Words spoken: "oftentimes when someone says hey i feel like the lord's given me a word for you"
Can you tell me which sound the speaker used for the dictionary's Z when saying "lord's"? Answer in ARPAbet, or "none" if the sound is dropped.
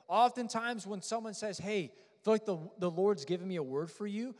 Z